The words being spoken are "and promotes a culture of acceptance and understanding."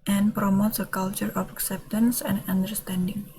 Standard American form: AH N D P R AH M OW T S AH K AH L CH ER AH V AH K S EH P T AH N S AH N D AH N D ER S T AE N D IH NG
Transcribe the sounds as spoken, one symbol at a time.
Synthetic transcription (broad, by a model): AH N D P R AH M OW T S AH K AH L CH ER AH F AH K S EH P T AH N S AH N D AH N D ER S T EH N D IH NG